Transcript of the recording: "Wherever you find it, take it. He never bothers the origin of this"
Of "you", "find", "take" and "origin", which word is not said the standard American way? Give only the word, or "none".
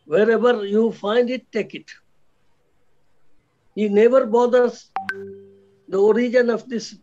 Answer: none